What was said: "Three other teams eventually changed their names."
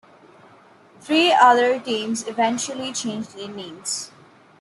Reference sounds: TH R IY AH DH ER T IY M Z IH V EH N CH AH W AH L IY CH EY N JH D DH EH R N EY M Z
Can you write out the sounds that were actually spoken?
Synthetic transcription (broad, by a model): T R IY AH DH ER T IY M Z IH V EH N CH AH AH L IY CH EY N JH D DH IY N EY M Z